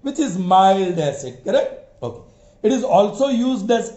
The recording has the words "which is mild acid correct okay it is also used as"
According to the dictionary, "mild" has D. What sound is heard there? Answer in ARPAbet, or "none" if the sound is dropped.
D